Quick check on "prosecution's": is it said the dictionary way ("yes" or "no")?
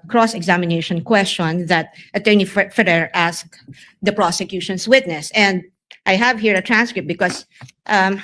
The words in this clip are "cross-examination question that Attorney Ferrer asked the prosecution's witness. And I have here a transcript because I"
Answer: no